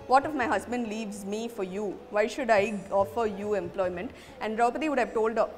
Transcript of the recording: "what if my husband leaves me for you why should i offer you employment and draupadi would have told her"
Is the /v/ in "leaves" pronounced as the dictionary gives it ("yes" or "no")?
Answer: yes